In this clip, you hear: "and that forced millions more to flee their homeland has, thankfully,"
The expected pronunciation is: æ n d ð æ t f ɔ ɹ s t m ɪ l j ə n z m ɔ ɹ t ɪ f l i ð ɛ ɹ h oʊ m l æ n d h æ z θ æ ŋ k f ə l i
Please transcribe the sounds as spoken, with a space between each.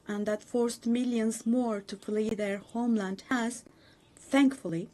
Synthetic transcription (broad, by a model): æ n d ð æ t f ɔ ɹ s t m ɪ l j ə n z m ɔ ɹ t ɪ p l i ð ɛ ɹ h oʊ m l æ n d h æ z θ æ ŋ k f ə l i